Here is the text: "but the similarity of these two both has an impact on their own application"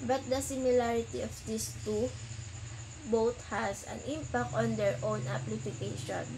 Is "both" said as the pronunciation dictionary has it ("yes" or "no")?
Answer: no